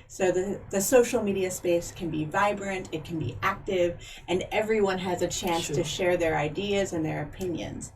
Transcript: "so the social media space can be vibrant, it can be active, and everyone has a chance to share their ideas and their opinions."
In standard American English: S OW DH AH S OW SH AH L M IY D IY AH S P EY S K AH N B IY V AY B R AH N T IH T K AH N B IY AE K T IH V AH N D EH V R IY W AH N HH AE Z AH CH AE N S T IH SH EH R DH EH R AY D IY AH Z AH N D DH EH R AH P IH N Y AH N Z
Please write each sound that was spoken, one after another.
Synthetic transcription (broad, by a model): S OW DH AH S OW SH L M IY D IY AH S P EY S K AH N B IY V AY B R AH N T IH T K N B IY AE K T IH V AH N EH V R IY W AH N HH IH Z AH CH AE N S T IH SH EH R DH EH R AY D IY AH Z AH N DH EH R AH P IH N Y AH N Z